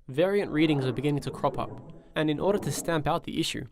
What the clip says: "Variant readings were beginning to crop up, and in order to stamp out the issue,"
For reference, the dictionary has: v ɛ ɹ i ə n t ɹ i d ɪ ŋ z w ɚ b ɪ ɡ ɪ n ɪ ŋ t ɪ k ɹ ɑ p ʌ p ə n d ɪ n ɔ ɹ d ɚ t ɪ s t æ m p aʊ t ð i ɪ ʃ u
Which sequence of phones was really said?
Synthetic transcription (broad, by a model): v ɛ ɹ i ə n t ɹ i d ɪ ŋ z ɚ b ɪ ɡ ɪ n ɪ ŋ t ɪ k ɹ ɑ p ʌ p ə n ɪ n ɔ ɹ d ɚ t ɪ s t æ m p aʊ t ð i ɪ ʃ u